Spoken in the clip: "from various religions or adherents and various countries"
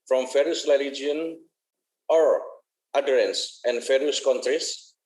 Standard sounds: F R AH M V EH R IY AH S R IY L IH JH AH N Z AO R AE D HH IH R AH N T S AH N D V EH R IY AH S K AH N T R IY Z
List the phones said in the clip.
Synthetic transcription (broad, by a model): F R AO M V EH R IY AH S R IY L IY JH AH N AO R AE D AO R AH N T S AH N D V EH R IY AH S K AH N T R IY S